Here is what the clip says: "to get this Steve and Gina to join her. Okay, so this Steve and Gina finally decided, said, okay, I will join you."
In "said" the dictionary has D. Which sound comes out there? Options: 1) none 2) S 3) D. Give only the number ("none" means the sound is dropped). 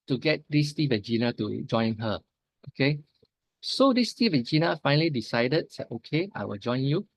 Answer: 1